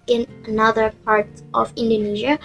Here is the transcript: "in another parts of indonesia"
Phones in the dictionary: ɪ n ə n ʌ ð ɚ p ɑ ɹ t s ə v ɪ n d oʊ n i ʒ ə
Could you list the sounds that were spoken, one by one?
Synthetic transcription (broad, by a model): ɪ n ə n ʌ ð ɚ p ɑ ɹ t ə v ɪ n d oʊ n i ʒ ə